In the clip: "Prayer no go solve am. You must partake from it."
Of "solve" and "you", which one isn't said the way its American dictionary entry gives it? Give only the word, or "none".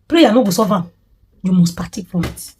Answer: solve